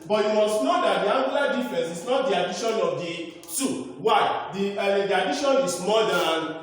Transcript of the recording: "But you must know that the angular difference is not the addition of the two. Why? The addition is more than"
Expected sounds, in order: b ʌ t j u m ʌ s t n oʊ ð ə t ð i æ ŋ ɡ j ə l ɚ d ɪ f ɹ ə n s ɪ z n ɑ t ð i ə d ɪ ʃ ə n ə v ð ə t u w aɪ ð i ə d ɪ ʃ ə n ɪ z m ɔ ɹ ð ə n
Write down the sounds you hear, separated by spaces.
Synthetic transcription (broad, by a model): b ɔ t j u m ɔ s t n oʊ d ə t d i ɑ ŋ ɡ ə l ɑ d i f ɹ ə n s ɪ s n ɑ t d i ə d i ʃ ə n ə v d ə s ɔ w aɪ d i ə d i ʃ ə n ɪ s m ɔ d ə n